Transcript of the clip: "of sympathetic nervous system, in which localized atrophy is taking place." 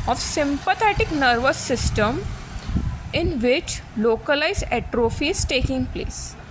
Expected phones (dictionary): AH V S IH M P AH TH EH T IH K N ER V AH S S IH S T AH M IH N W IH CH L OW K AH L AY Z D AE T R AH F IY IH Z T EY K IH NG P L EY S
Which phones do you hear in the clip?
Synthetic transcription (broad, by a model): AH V S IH M P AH T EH T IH K N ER V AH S S IH S T AH M IH N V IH CH L OW K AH L AY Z EH T R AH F IY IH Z T EY K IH NG P L EY S